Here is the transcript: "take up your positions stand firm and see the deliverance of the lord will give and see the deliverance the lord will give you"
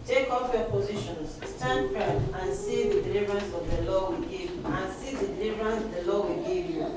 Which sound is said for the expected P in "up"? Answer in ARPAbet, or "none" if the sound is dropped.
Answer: F